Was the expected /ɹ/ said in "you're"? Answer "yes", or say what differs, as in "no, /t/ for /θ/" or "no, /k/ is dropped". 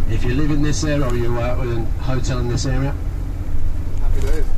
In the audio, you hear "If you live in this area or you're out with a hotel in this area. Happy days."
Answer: no, /w/ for /ɹ/